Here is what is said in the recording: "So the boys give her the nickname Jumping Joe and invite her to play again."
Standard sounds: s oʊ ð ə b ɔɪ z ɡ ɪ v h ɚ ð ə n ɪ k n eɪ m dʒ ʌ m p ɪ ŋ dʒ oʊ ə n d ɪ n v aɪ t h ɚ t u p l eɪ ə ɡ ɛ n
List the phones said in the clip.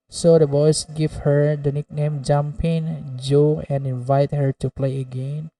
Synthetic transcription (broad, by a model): s oʊ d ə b ɔɪ s ɡ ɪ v h ɚ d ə n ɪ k n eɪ m dʒ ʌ m p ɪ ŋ dʒ oʊ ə n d ɪ n v aɪ t h ɚ t u p l eɪ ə ɡ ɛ n